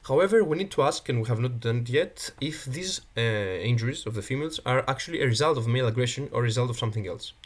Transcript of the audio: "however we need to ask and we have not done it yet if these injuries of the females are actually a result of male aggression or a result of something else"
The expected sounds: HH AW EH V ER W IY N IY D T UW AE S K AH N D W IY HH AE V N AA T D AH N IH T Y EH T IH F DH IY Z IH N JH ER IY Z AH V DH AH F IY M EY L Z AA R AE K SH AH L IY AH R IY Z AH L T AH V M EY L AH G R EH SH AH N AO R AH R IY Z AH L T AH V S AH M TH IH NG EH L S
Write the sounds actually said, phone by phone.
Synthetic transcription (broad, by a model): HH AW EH V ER W IY N IY D T UW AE S K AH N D W IY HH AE V N AA T D AH N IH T Y EH T IH F DH IY Z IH N JH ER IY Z AH V DH AH F IY M EY L Z AA R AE K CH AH L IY AH R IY Z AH L T AH V M EY L AH G R EH SH AH N AO R R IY Z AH L T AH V S AH M TH IH NG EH L S